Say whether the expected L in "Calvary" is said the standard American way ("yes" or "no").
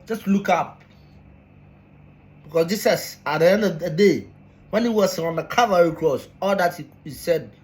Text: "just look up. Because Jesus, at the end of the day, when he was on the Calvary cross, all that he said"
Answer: no